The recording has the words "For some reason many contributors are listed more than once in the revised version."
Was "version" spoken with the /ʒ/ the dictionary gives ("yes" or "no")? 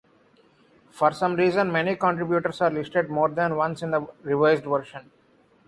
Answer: no